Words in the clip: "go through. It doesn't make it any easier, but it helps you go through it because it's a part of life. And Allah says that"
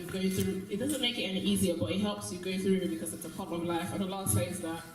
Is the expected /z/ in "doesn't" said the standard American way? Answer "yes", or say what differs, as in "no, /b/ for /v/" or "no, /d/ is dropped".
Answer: yes